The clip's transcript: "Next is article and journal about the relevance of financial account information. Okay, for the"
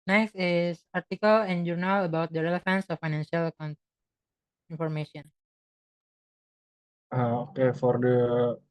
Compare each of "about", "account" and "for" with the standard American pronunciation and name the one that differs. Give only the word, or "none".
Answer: account